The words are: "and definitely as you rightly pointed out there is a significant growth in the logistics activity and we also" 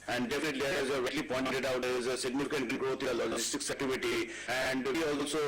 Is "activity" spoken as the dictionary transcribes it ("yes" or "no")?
no